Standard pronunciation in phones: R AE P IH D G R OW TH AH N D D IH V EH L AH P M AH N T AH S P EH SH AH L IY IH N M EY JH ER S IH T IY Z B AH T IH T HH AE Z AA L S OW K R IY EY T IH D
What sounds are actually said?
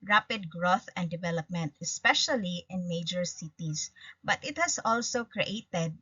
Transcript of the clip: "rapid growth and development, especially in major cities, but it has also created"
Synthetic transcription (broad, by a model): R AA P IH D G R OW TH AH N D D IH V EH L AH P M AH N T AH S P EH SH AH L IY IH N M EY JH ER S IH T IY S B AH T IH T HH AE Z AA L S OW K R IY EY T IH D